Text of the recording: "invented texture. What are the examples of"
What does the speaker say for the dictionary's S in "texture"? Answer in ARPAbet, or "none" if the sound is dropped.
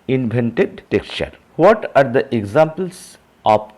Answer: S